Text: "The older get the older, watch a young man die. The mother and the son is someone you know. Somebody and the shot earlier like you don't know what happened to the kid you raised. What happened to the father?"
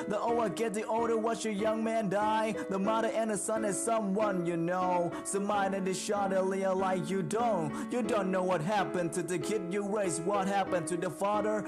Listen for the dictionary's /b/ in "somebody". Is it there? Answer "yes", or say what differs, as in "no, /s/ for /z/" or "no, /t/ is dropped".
no, /b/ is dropped